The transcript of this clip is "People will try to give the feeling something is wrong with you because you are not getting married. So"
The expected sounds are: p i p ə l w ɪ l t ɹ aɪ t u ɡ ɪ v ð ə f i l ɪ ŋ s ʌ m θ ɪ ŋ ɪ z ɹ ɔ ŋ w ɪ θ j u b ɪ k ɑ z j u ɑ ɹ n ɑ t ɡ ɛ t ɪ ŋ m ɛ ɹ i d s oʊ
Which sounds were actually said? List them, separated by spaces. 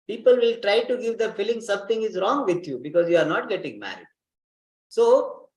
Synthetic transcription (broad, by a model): p i p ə l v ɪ l t ɹ aɪ t u ɡ ɪ v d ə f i l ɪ ŋ s ʌ m t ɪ ŋ ɪ z ɹ ɔ ŋ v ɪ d j u b ɪ k ɑ z j u ɑ ɹ n ɑ t ɡ ɛ t ɪ ŋ m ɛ ɹ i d s oʊ